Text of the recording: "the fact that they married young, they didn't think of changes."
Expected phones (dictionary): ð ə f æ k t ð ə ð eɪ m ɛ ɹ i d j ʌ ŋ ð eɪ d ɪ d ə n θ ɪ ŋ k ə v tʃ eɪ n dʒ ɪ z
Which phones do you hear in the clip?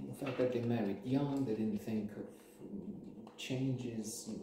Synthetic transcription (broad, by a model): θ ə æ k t ð ə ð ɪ m ɛ ɹ i d j ʌ ŋ ð eɪ d ɪ d n θ ɪ ŋ k ə v tʃ eɪ n dʒ ɪ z